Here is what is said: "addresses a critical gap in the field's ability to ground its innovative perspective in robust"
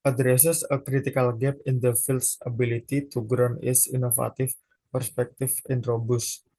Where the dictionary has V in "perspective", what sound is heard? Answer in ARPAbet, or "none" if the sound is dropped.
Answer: F